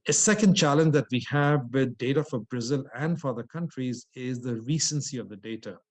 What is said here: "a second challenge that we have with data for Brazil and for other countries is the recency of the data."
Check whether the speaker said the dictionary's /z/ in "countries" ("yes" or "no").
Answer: yes